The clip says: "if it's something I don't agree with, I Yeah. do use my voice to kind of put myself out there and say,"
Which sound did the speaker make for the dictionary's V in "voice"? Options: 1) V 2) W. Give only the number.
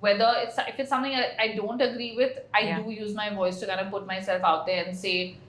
1